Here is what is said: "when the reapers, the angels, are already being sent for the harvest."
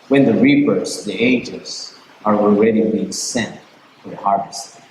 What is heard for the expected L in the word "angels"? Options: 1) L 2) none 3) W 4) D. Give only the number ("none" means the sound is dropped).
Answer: 2